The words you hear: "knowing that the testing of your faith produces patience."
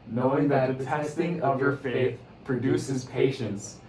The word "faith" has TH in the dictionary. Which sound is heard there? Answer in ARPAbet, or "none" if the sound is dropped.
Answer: TH